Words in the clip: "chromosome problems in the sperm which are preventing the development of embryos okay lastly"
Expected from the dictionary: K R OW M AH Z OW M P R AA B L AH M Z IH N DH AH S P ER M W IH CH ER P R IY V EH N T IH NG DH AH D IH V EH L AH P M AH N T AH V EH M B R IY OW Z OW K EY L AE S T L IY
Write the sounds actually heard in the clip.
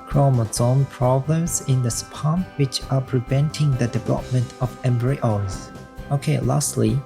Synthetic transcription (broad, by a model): K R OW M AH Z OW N P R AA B L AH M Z IH N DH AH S P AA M W IH CH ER P R IY V EH N T IH NG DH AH D IH V EH L AH P M AH N T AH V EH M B R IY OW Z OW K EY L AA S T L IY